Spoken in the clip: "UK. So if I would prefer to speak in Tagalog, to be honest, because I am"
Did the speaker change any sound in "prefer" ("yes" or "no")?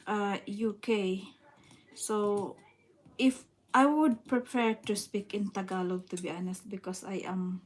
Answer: yes